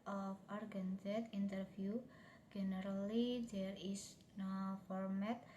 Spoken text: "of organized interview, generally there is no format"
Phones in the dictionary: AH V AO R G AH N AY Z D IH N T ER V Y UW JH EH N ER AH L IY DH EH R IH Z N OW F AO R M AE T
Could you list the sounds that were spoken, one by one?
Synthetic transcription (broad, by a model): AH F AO R G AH N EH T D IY N T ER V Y UW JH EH N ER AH L IY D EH R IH S N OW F AO R M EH T